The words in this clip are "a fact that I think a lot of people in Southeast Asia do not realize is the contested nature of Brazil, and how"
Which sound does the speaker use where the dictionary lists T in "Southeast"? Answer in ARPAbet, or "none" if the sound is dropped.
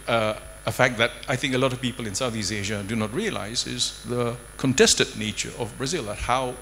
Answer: none